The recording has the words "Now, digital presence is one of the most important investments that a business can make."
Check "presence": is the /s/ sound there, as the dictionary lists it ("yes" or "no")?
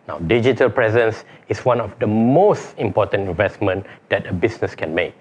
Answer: yes